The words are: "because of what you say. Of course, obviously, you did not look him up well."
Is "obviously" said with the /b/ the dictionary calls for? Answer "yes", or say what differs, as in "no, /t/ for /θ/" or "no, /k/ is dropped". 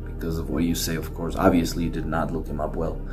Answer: yes